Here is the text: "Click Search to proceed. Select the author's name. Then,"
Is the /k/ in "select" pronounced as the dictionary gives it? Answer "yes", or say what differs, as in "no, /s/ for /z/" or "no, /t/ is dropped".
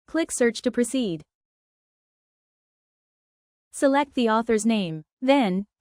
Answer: yes